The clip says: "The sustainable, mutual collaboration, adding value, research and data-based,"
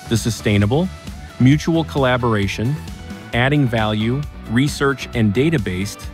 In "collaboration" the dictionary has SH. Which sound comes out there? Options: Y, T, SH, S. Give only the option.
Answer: SH